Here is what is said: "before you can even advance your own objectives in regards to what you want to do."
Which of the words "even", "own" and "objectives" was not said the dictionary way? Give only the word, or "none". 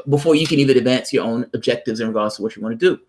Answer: none